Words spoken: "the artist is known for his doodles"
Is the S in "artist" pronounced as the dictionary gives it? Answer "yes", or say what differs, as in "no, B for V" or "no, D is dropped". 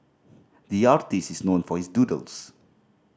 yes